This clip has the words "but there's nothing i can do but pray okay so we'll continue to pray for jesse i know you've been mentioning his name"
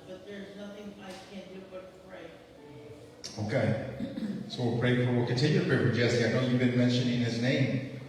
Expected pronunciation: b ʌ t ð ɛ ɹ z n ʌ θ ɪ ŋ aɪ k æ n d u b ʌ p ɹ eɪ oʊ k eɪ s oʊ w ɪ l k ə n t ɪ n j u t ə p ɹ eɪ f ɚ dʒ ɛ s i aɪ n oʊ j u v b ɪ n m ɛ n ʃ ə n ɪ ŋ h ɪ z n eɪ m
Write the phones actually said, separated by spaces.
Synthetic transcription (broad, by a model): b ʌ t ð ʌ ɹ z n ʌ θ ɪ ŋ aɪ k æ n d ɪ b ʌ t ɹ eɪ oʊ k eɪ s oʊ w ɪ w k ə n t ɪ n j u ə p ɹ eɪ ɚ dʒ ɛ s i aɪ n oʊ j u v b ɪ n m ɛ n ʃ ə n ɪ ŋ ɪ z n eɪ m